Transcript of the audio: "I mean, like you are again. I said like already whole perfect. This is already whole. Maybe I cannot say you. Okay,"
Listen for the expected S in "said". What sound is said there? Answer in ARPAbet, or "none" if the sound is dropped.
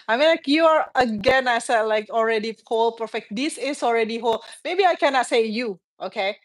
S